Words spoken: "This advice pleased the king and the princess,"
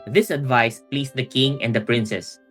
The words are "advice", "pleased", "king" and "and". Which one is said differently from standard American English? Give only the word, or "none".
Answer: pleased